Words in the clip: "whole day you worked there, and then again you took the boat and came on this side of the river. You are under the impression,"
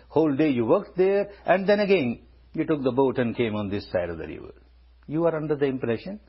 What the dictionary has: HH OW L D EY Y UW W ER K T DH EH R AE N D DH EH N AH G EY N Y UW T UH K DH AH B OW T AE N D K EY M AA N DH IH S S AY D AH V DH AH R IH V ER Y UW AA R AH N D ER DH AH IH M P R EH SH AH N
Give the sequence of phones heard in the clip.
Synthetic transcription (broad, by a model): HH OW L D EY Y UW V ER K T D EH R AE N D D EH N AH G EY N Y UW T UH K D AH B OW T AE N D K EY M AA N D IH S S AY D AH V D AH R IH V ER Y UW AA R AH N D ER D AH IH M P R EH SH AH N